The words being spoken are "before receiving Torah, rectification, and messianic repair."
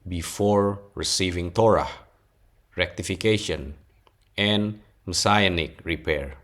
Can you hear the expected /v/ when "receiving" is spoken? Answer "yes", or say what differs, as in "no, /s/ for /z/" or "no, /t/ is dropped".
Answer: yes